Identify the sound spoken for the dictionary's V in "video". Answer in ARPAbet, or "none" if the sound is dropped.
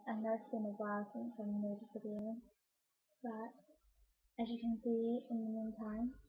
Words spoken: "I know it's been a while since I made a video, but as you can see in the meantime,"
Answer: F